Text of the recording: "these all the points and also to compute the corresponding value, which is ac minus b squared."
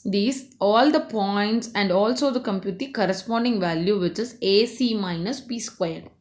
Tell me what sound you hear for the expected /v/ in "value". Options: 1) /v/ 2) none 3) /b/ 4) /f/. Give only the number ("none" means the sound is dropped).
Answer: 1